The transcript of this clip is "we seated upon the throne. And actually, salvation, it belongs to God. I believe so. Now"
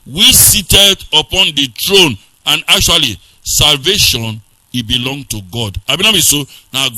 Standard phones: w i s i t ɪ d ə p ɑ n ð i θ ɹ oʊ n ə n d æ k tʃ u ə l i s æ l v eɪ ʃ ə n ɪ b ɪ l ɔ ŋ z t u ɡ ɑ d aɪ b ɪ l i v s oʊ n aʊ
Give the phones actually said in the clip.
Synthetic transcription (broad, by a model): w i s i t ɪ d ə p ɑ n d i t ɹ oʊ n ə n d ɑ k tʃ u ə l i s æ l v eɪ ʃ ə n ɪ b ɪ l ɔ ŋ t u ɡ ɑ d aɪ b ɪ n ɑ b s oʊ n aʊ